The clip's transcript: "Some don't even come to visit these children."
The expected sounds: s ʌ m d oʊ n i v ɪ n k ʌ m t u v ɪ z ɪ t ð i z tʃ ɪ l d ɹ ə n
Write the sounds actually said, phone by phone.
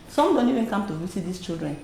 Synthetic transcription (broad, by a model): s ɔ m d oʊ n i v ɪ n k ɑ m t u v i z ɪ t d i s tʃ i l d ɹ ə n